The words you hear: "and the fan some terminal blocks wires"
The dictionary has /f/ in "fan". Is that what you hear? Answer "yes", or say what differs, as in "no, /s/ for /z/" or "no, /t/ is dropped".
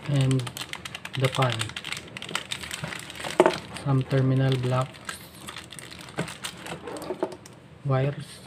no, /p/ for /f/